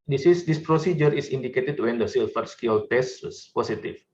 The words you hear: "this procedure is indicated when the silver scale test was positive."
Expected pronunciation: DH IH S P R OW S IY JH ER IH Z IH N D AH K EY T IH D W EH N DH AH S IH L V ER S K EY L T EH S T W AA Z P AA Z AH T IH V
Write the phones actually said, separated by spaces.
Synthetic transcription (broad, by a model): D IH S P R OW S IY JH ER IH S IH N D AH K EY T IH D W EH N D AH S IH L F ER S K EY L T EH S T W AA S P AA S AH T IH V